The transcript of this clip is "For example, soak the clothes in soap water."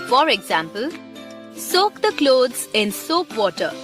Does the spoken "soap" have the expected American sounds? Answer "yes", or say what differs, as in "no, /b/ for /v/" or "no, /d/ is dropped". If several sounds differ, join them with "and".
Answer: yes